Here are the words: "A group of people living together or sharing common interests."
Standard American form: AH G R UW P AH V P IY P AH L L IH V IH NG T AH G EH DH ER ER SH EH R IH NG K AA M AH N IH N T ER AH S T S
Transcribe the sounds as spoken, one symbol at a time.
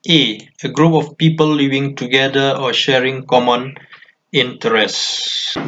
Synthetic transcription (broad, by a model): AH G R UW P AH F P IY P AH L L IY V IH NG T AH G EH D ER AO SH EH R IH NG K AA M AH N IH N T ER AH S S